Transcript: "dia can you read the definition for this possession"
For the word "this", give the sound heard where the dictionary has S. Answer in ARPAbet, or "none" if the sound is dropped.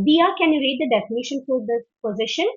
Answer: none